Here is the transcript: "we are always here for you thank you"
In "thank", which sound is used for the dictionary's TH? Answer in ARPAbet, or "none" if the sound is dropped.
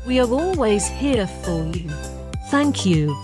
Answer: TH